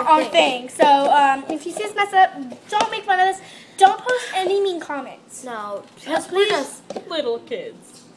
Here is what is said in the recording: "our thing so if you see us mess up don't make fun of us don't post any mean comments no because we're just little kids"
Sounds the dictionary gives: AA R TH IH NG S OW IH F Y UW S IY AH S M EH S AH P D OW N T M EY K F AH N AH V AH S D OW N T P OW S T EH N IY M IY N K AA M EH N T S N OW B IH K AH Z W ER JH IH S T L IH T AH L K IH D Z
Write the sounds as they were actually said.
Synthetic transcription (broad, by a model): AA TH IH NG S OW IH F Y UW S IY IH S M EH S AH D OW N T M EY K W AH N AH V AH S D OW N T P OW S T EH N IY M IY N K AA M EH N T S N OW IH AH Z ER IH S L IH T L K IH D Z